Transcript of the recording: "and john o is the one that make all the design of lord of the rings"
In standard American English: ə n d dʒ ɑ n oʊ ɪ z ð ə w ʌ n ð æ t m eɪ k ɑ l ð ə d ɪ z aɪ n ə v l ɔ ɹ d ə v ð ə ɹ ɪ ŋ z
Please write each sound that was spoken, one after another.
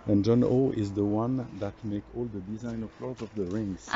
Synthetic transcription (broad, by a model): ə n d dʒ ɑ n oʊ ɪ z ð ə w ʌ n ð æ t m eɪ k ɑ l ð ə d ɪ z aɪ n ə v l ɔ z ə v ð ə ɹ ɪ ŋ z